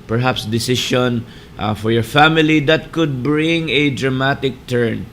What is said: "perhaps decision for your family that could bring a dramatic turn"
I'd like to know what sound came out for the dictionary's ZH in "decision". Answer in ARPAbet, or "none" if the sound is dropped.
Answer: SH